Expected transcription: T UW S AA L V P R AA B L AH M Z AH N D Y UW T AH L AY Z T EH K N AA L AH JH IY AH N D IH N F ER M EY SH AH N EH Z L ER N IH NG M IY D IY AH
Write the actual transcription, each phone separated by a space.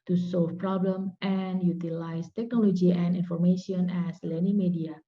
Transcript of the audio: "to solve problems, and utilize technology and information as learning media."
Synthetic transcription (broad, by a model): T UW S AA L F P R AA B L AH M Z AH N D Y UW T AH L AY S T EH K N AA L AH JH IY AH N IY N F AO M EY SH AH N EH S L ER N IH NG M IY D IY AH